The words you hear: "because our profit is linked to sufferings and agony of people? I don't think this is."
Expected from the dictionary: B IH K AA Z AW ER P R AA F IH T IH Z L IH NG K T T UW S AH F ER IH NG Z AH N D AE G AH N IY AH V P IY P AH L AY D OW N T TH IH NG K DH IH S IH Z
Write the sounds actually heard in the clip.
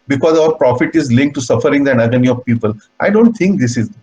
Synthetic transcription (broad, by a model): B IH K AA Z AW ER P R AA F IH T IH Z L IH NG K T T UW S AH F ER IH NG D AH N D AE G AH N IY AH V P IY P AH L AY D OW N T T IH NG K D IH S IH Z